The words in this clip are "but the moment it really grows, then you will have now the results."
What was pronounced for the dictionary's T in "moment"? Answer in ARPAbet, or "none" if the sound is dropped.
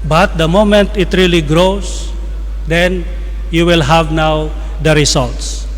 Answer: T